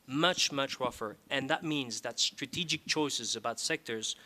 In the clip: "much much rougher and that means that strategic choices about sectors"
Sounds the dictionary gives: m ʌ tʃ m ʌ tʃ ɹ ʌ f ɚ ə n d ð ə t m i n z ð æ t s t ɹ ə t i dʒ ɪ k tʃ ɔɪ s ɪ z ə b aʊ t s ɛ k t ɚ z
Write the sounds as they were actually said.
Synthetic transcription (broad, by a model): m ʌ tʃ m ʌ tʃ ɹ ʌ f ɚ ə n ð ə t m i n z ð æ t s t ɹ ə t i dʒ ɪ k tʃ ɔɪ s ɪ z ə b aʊ t s ɛ k t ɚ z